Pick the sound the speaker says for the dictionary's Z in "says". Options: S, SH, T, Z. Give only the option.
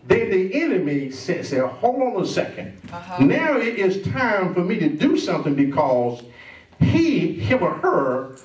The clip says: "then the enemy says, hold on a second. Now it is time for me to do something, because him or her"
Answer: S